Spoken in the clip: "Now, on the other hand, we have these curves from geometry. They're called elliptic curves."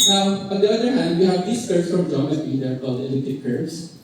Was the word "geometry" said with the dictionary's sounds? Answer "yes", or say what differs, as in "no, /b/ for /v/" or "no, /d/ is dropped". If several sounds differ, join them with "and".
no, /ɹ/ is dropped